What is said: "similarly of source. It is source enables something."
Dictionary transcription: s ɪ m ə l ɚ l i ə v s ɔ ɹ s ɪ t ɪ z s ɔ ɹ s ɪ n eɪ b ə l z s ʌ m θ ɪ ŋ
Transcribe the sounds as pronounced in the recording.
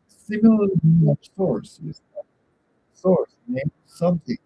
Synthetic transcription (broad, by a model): s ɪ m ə l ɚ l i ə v s ɔ ɹ s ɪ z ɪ s ɔ ɹ s n eɪ ə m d s ʌ m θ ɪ ŋ